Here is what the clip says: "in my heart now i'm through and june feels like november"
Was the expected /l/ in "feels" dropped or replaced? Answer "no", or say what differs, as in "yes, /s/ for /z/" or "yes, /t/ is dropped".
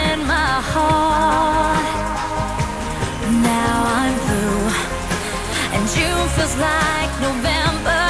yes, /l/ is dropped